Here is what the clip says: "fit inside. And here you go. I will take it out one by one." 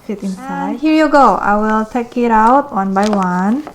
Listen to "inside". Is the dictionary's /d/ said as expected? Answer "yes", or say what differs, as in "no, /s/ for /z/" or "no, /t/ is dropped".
no, /d/ is dropped